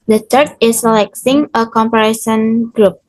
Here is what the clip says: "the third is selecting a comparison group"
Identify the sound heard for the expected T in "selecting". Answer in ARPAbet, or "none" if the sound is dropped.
S